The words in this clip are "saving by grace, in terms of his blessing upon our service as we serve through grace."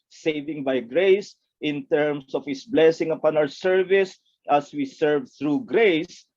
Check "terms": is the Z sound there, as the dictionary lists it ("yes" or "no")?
no